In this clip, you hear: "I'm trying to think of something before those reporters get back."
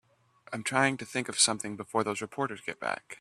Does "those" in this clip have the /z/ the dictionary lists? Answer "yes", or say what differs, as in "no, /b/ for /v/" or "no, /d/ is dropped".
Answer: yes